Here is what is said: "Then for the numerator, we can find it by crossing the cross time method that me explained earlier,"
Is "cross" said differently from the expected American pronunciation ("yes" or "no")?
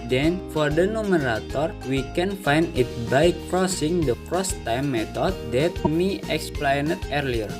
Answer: no